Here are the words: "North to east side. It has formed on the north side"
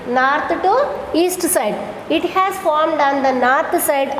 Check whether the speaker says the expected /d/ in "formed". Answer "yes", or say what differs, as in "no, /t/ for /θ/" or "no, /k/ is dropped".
yes